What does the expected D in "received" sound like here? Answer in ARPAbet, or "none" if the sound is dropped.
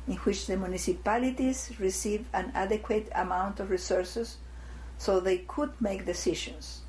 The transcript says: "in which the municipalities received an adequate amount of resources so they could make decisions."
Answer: none